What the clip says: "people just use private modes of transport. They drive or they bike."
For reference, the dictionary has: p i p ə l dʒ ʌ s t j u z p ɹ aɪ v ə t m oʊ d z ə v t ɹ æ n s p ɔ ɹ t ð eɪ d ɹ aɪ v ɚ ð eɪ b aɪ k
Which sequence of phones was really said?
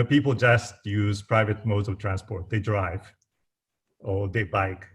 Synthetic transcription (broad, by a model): p i p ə l dʒ ʌ s t j u z p ɹ aɪ v ə t m oʊ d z ə v t ɹ æ n s p ɔ ɹ t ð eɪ d ɹ aɪ v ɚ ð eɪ b aɪ k